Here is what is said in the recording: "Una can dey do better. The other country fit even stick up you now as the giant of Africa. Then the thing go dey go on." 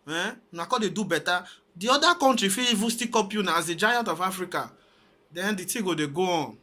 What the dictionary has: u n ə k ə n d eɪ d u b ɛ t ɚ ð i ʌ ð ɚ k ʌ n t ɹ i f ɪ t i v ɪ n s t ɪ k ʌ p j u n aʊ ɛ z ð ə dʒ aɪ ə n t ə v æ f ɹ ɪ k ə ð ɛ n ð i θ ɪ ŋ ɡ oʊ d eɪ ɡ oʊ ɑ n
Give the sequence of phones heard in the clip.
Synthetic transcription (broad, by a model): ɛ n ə k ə d eɪ d u b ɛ t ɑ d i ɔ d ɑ k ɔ n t ɹ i f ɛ i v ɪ s t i k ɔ p j u n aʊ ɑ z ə dʒ aɪ ə n t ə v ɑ f ɹ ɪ k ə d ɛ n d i t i ɡ oʊ d eɪ ɡ oʊ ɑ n